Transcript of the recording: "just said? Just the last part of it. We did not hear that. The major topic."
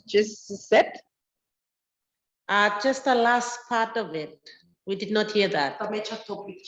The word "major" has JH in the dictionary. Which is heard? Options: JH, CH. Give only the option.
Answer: CH